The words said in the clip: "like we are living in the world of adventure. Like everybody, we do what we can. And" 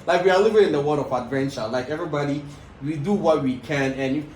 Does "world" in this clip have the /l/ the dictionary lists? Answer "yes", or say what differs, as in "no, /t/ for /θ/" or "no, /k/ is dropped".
no, /l/ is dropped